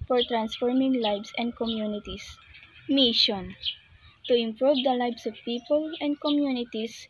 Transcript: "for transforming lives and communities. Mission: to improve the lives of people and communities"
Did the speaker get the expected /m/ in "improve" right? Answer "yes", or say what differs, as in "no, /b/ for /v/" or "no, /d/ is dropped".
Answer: yes